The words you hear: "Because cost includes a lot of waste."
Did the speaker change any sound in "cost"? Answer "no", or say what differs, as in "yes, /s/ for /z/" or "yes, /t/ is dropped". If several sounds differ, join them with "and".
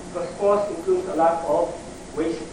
yes, /t/ is dropped